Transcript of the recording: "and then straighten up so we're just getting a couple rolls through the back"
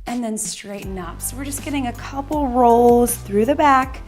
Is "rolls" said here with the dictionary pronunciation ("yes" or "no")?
yes